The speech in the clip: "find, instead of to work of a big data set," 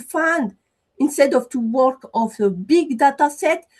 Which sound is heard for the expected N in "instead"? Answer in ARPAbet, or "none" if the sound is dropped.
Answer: N